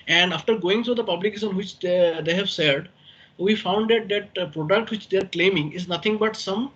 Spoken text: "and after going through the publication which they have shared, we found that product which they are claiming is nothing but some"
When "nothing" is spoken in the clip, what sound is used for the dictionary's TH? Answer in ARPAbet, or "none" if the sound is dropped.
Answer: T